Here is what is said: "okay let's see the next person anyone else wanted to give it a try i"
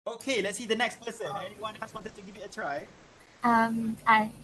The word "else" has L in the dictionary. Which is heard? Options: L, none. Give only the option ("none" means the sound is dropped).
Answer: none